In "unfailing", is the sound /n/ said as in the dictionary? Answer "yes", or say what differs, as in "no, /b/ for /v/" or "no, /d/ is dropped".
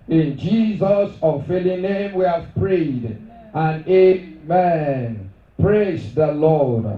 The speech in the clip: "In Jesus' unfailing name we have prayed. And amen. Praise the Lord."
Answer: no, /n/ is dropped